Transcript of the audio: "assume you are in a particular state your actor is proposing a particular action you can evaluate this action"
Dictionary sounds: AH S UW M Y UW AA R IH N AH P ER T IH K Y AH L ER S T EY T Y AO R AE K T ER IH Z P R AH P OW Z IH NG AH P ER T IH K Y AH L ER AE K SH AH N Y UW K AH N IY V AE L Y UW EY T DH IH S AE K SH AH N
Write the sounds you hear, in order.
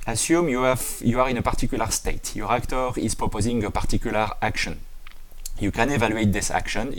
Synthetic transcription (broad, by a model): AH S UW M Y UW AA R IH N AH P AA T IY K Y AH L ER S T EY T Y AO R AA K T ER IH Z P R AH P OW Z IH NG AH P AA T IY K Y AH L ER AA K SH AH N Y UW K AH N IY V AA L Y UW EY T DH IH S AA K SH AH N